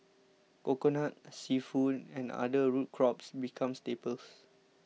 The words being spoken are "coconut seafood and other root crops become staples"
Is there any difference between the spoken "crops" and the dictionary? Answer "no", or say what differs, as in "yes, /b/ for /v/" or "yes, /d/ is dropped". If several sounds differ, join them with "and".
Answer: no